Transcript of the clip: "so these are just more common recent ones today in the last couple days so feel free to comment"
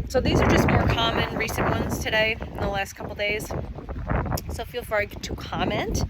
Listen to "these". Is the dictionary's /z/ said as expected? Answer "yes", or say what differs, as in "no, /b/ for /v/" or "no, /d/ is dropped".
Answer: yes